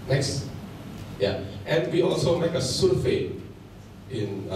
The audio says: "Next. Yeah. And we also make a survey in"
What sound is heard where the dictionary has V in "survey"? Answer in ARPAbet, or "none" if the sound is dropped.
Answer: F